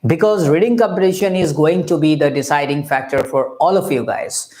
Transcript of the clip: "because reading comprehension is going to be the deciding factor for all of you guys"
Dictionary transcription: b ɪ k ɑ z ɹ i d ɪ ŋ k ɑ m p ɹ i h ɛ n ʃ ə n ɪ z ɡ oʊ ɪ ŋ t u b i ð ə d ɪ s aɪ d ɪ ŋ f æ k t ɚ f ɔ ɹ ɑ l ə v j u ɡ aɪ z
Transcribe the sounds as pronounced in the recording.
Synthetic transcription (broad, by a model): b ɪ k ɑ z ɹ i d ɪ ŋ k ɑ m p i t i ʃ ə n ɪ z ɡ oʊ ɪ ŋ t u b i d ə d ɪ s aɪ d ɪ ŋ f æ k t ɚ f ɔ ɹ ɑ l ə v j u ɡ aɪ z